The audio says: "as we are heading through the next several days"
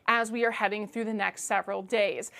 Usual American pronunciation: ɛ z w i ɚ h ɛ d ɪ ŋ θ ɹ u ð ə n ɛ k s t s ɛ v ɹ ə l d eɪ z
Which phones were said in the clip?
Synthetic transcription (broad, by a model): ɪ z w i ɚ h ɛ d ɪ ŋ θ ɹ u ð ə n ɛ k s t s ɛ v ɹ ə l d eɪ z